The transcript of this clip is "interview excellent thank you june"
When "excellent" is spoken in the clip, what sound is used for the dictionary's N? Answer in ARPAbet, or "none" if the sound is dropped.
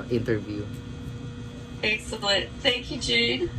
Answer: none